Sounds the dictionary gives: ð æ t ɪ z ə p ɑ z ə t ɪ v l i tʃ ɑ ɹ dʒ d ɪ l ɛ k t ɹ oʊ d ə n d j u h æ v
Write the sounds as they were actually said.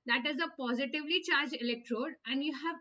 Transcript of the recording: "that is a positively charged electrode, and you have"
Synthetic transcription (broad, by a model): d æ t ɪ z ə p ɑ z ə t ɪ v l i tʃ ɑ ɹ dʒ ɪ l ɛ k t ɹ oʊ d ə n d j u h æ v